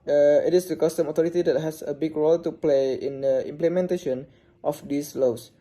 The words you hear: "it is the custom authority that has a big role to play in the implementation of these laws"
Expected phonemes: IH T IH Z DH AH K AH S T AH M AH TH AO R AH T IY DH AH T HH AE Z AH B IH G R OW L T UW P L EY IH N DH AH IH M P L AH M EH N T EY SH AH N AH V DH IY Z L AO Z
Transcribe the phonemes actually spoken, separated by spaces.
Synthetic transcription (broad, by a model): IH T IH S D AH K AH S T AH M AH T AO R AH T IY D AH T HH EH S AH B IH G R OW L T UW P L EY IH N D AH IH M P L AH M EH N T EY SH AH N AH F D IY S L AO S